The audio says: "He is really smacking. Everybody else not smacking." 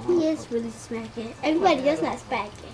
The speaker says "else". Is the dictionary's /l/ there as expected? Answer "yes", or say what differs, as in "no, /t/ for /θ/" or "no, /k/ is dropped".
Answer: no, /l/ is dropped